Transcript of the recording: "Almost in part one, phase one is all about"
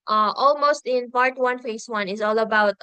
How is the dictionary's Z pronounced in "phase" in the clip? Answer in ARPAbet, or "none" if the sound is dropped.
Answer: S